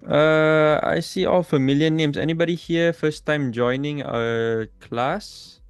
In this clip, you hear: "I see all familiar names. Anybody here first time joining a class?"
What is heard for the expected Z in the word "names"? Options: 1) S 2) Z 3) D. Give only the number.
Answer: 1